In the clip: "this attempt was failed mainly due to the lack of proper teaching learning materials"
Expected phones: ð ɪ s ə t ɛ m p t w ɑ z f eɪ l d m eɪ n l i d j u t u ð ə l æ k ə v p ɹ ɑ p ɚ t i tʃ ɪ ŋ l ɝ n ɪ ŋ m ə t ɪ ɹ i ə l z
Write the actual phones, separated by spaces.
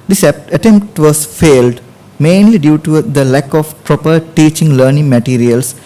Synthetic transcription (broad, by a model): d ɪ s ə t ɛ m p t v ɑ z f eɪ l d m eɪ n l i d j u t u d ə l æ k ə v p ɹ ɑ p ɚ t i tʃ ɪ ŋ l ɝ n ɪ ŋ m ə t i ɹ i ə l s